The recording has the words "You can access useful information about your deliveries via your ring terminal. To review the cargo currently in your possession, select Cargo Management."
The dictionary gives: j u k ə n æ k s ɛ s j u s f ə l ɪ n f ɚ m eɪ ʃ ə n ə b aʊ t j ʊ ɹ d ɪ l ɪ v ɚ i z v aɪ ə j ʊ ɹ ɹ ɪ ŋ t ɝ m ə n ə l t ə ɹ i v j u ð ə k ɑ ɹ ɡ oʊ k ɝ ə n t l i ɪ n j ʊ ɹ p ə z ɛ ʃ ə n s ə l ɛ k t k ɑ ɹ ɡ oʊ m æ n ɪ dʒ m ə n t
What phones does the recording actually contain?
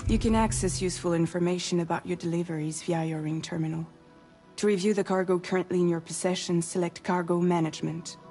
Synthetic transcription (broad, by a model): j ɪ k ə n æ k s ɛ s j u s f ə l ɪ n f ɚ m eɪ ʃ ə n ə b aʊ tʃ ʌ ɹ d ɪ l ɪ v ɚ i z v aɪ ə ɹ ɹ ɪ ŋ t ɝ m ə n ə l t ə ɹ i v j u ð ə k ɑ ɹ ɡ oʊ k ɝ ə n t l i ɪ n j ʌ ɹ p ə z ɛ ʃ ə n s ə l ɛ k t k ɑ ɹ ɡ oʊ m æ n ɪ dʒ m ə n t